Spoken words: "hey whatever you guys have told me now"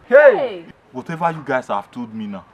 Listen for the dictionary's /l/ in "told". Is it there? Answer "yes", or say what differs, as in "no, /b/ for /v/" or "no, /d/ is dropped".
no, /l/ is dropped